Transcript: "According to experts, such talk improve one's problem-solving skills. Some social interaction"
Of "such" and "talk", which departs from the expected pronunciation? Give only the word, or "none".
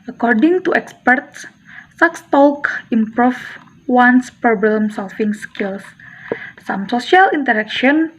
such